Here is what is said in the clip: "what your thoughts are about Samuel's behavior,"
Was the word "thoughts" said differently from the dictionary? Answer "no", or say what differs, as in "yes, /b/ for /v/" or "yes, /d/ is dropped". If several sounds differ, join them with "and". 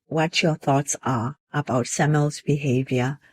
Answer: no